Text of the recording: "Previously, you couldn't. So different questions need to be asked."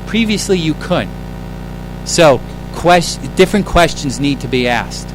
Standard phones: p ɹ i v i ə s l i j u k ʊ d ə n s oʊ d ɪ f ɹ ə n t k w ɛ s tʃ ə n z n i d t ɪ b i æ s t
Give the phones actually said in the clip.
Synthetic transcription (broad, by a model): p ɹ i v i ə s l i j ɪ k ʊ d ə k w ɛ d ɪ f ɹ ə n k w ɛ s tʃ ə n z n i d t ɪ b i æ s t